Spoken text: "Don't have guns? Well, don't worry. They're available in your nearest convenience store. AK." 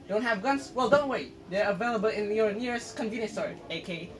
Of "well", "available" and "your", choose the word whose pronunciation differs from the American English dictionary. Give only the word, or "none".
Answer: none